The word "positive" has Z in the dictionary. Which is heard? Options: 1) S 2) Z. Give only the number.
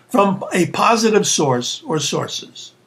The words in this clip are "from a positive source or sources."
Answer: 2